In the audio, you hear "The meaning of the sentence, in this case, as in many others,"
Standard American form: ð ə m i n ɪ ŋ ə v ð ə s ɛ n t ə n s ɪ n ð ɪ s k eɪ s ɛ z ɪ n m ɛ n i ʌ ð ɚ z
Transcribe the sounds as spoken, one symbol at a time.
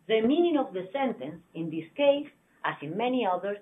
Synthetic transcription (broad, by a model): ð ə m i n ɪ ŋ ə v ð ə s ɛ n t ə n s ɪ n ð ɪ s k eɪ s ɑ s ɪ n m ɛ n i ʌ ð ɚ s